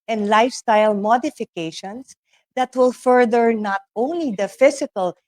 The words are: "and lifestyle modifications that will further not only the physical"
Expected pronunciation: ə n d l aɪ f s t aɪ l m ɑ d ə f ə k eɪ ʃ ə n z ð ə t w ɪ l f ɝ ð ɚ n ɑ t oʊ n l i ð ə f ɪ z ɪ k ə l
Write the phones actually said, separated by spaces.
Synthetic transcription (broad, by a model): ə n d l aɪ f s t aɪ l m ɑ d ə f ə k eɪ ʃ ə n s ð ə t w ɪ l f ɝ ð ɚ n ɑ t oʊ n l i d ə f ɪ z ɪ k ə l